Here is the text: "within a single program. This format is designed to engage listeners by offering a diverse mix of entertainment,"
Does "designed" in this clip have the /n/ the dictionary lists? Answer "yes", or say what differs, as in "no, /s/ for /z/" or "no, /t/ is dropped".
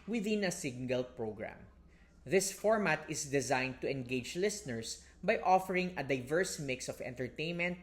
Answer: yes